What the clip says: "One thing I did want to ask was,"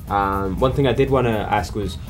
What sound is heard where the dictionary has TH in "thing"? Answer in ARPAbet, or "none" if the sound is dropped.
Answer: TH